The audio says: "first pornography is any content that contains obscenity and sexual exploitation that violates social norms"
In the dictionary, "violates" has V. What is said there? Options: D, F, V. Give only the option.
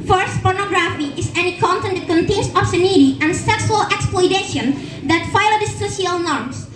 F